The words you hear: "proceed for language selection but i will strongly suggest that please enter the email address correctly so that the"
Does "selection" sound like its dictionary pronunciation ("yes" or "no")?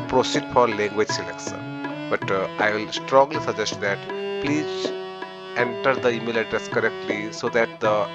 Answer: no